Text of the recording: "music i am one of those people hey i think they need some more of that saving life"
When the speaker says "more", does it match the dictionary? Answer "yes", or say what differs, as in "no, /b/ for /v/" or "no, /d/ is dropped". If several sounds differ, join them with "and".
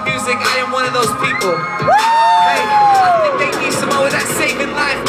no, /w/ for /ɹ/